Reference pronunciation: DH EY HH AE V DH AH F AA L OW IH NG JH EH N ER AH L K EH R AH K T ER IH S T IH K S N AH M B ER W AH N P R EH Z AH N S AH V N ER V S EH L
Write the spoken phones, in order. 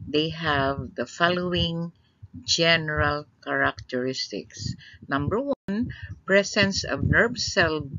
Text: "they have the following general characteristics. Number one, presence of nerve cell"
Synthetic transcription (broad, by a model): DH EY HH AE V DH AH F AA L OW IH NG JH EH N ER AH L K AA R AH K T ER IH S T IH K S N AH M B ER W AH N P R EH S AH N S AH V N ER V S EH L